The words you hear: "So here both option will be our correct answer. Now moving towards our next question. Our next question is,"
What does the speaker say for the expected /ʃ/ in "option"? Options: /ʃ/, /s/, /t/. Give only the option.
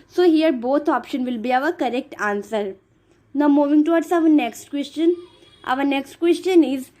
/ʃ/